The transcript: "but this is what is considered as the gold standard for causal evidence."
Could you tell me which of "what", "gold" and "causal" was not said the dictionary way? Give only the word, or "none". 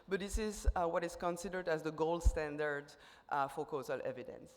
none